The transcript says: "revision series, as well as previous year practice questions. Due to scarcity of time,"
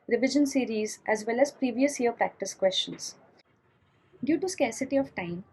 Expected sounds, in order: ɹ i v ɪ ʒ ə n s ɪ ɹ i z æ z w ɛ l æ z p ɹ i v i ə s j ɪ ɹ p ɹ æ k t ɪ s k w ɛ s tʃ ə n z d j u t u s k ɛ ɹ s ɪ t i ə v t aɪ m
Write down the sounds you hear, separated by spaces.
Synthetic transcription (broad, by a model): ɹ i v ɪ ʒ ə n s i ɹ i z æ z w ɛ l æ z p ɹ i v i ə s j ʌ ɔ p ɹ æ k t ɪ s k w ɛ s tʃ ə n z d j u t u s k ɛ ɹ s ɪ t i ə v t aɪ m